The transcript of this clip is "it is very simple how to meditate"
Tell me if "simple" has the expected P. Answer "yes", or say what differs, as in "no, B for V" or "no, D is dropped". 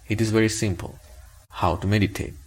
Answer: yes